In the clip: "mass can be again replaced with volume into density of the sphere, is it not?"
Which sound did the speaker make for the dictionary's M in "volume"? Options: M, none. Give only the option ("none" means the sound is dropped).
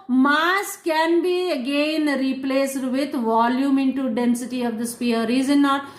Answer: M